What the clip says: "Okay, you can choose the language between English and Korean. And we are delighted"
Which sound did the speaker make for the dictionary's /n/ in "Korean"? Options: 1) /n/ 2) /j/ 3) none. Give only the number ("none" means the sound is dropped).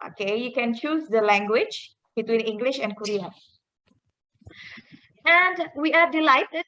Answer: 3